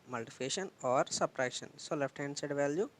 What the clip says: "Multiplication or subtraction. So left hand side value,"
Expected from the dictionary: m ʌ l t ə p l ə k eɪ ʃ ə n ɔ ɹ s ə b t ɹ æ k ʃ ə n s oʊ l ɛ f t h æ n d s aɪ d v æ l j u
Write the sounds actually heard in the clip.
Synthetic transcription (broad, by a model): m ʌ l t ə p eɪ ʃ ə n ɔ ɹ s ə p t ɹ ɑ ʃ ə n s oʊ l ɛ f t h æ n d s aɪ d v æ l j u